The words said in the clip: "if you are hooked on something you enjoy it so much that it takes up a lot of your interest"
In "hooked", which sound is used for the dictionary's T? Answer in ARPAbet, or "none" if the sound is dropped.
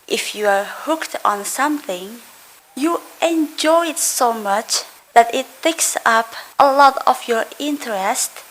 T